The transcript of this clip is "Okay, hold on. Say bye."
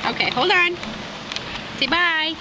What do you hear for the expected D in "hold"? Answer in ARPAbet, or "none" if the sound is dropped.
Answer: none